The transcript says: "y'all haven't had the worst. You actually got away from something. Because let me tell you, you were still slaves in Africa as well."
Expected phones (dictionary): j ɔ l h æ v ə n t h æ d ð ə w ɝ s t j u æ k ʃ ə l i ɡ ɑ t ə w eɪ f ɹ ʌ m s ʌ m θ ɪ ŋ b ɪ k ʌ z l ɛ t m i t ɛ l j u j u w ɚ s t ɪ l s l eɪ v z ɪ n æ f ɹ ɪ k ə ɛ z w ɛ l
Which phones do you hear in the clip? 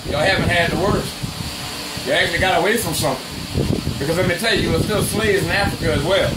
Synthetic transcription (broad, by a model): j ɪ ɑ h æ v ə n t h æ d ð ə w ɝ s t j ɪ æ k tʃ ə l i ɡ ɑ t ə w eɪ f ɹ ʌ m s ʌ m θ ɪ ŋ b ɪ k ʌ z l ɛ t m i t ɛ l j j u w ɚ s t ɪ l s l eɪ z ɪ n æ f ɹ ɪ k ə z w ɛ l